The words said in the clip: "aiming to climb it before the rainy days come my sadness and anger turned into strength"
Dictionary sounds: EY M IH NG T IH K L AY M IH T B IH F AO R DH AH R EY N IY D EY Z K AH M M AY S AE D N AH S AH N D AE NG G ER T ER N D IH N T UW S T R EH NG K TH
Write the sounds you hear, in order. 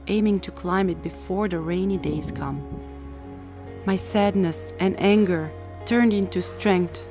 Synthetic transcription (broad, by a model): EY M IH NG T IH K L AY M IH T B IH F AO R DH AH R EY N IY D EY Z K AH M M AY S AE D N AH S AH N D AE NG G ER T ER N D IH N T UW S T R EH NG K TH